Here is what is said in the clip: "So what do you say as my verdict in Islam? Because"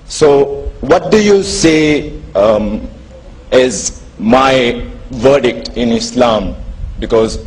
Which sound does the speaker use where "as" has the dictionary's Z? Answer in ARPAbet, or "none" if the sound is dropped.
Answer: Z